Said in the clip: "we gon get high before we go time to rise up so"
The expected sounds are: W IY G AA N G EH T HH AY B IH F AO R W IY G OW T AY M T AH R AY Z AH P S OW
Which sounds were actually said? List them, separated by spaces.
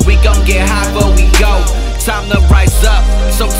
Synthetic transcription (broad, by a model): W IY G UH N G EH T HH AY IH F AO W IY G OW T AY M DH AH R AY S AH P S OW